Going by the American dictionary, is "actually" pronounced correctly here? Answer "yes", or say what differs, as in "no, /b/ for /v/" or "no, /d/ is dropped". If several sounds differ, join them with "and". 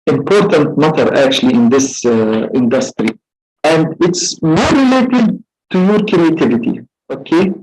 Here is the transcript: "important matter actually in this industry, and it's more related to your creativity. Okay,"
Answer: yes